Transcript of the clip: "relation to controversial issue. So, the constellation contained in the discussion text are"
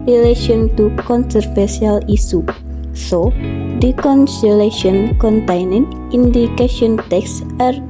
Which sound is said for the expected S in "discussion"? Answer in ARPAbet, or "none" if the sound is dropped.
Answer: none